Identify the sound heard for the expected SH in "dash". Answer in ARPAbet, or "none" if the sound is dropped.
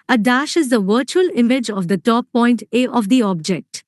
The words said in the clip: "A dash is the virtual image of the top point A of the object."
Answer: SH